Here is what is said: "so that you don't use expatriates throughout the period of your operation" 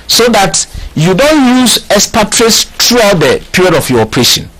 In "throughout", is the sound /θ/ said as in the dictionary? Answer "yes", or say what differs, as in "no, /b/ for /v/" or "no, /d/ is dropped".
no, /t/ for /θ/